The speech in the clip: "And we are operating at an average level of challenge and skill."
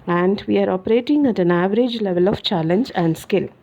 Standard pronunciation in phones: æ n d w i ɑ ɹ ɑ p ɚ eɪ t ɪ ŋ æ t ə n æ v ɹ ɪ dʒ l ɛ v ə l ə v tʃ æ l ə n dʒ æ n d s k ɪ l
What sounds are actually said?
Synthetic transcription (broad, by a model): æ n d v i ɑ ɹ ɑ p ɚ eɪ t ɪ ŋ æ t ə n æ v ɹ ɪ dʒ l ɛ v ə l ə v tʃ æ l ə n dʒ æ n d s k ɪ l